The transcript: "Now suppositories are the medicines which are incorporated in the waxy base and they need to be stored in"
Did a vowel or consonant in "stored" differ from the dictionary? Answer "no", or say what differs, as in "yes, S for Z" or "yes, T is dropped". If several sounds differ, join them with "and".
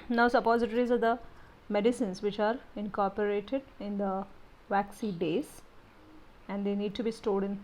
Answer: yes, L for R